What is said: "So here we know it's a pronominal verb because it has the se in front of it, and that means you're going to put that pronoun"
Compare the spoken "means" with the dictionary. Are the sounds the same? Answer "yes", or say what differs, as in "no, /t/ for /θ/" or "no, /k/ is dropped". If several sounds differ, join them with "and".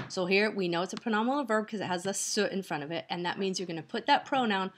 yes